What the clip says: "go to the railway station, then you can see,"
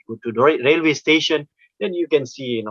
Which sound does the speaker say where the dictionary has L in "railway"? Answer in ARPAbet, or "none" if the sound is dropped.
L